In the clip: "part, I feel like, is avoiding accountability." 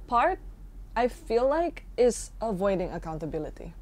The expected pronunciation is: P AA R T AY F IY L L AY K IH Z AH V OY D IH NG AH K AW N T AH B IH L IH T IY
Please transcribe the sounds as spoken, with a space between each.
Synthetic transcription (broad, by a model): P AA R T AY F IY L L AY K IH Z AH V OY D IH NG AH K AW N T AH B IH L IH T IY